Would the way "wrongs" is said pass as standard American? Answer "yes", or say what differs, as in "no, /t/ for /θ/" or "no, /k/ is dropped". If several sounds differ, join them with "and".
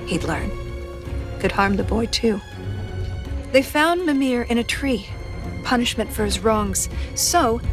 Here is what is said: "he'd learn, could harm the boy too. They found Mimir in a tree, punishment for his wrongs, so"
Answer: yes